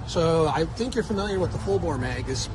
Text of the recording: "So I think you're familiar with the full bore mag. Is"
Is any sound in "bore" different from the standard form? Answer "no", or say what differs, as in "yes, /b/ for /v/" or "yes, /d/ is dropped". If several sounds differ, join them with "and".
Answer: yes, /l/ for /ɹ/